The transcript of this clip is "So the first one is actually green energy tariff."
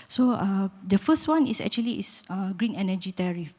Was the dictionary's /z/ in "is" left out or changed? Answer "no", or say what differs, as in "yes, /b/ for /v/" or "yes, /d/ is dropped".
yes, /s/ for /z/